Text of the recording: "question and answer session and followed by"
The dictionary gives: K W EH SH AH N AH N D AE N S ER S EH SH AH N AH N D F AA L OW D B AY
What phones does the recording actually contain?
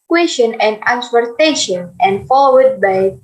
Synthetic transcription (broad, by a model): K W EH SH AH N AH N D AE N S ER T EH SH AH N AH N D F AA W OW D B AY